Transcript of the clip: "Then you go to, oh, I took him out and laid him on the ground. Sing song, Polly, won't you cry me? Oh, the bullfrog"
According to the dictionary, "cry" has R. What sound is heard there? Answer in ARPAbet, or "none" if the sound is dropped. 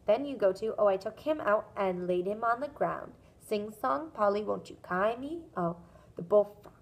none